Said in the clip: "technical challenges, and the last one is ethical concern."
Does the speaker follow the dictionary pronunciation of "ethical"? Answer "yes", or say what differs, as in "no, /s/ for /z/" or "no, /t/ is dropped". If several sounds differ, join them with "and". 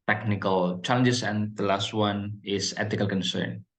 no, /t/ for /θ/